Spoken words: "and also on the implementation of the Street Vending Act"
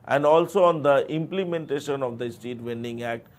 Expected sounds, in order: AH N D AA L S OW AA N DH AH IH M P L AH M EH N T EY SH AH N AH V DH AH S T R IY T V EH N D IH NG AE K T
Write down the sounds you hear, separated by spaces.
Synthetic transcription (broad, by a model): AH N D AA L S OW AA N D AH IH M P L AH M EH N T EY SH AH N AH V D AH S T IY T V EH N D IH NG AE K T